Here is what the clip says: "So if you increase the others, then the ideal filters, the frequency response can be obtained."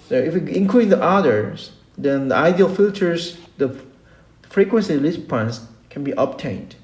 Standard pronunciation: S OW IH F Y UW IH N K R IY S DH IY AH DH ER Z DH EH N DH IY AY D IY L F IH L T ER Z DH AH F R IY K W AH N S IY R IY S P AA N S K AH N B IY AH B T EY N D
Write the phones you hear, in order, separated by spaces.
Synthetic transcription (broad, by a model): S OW IH F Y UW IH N K L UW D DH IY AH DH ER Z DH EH N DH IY AY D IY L F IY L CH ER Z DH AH F R IY K W AH N S IY L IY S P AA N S K AH N B IY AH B T EY N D